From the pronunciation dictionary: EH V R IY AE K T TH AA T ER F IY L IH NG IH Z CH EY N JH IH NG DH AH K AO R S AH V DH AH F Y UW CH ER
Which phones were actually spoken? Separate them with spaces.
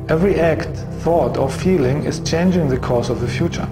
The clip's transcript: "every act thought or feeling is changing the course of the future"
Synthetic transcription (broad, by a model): EH V R IY AE K T TH AA T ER F IY L IH NG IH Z CH EY N JH IH NG DH AH K AO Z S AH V DH AH F Y UW CH ER